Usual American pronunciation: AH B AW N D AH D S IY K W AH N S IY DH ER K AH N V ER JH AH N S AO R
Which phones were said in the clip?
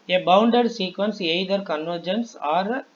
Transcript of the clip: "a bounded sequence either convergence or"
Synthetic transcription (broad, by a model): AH B AW N D AH D S IY K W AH N S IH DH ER K AH N V ER JH AH N S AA R